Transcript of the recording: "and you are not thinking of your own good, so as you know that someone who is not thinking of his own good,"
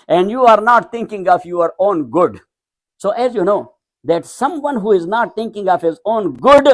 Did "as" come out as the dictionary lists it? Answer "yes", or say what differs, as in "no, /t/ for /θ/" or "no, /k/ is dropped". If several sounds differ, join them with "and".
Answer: yes